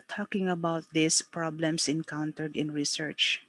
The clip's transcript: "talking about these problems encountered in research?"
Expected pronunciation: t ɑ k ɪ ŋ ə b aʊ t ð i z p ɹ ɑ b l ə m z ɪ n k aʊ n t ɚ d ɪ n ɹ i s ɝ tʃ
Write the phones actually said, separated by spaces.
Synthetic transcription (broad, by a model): t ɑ k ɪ ŋ ə b aʊ t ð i s p ɹ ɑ b l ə m s ɪ n k aʊ n t ɚ d ɪ n ɹ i s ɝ tʃ